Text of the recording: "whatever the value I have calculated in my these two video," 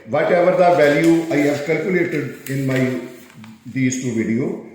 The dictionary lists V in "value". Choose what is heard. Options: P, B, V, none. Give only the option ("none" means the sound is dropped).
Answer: V